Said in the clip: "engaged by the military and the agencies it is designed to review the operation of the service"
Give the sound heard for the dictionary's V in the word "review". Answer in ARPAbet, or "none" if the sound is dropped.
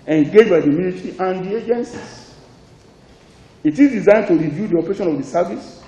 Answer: V